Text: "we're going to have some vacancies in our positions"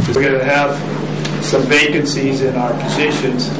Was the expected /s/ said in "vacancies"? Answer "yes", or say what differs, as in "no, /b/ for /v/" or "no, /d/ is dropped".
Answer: yes